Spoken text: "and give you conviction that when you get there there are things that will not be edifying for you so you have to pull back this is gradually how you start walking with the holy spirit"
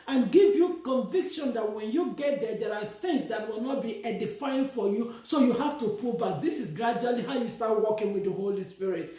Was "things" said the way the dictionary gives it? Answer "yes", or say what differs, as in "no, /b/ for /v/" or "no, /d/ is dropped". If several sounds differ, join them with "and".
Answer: no, /s/ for /θ/